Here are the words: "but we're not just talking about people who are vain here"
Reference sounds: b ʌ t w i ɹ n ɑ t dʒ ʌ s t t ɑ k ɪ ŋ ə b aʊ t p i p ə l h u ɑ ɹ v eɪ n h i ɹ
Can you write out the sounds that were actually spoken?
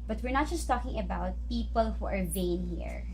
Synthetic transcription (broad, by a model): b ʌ t w i ɹ n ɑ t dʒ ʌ s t t ɑ k ɪ ŋ ə b aʊ t p i p ə l h u ɑ ɹ v eɪ n h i ɹ